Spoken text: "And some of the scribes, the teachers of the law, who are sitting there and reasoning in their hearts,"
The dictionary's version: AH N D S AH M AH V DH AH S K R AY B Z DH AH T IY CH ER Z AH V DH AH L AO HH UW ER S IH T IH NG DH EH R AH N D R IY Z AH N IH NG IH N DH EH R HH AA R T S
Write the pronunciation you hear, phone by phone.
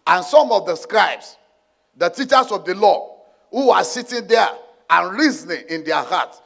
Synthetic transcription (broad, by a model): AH N S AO M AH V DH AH S K R AY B S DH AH T IY CH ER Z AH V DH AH L AO HH UW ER S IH T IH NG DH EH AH N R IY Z N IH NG IH N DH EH HH AA T S